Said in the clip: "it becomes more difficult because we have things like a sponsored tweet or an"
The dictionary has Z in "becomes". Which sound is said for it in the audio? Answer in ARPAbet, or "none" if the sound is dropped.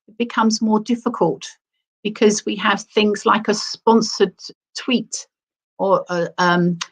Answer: Z